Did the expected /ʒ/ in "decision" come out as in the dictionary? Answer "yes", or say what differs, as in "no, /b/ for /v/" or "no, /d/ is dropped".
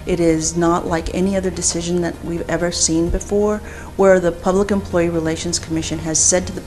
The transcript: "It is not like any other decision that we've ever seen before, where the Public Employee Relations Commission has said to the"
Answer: yes